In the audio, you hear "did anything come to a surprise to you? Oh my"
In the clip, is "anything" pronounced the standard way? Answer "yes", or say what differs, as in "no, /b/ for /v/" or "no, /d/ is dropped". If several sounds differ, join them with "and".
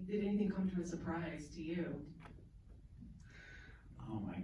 yes